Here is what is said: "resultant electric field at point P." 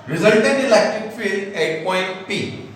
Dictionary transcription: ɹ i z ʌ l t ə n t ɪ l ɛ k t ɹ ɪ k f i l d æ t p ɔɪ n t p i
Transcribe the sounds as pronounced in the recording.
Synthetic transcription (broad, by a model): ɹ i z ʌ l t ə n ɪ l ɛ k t ɪ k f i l ɛ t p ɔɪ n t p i